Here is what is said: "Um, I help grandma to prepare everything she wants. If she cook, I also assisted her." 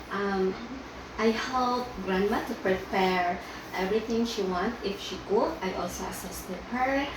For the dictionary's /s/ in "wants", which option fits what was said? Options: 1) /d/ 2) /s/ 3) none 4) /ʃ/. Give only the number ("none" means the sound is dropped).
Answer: 3